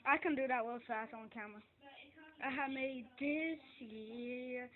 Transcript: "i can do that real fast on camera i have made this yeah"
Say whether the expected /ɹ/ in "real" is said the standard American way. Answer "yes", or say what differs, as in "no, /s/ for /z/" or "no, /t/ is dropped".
no, /w/ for /ɹ/